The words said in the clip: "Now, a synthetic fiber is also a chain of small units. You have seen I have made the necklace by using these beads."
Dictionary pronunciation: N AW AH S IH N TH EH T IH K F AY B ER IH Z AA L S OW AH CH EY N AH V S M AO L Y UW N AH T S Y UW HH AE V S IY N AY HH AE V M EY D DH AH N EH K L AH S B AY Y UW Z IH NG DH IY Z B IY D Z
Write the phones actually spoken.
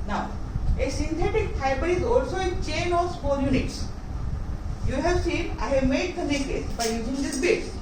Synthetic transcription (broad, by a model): N AW AH S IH N T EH T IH K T AY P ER IH Z AA L S OW AH CH EY N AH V S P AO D Y UW N AH T S Y UW HH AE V S IY N AY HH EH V M EY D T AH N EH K AH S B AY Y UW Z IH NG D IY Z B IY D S